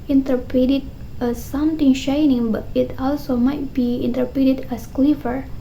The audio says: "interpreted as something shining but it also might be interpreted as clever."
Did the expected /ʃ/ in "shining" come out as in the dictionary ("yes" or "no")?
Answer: yes